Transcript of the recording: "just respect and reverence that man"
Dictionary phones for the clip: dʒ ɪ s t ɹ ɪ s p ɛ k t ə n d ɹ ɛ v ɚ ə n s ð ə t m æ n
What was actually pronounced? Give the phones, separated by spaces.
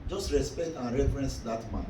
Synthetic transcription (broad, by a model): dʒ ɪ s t ɹ ɪ s p ɛ k t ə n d ɹ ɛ f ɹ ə n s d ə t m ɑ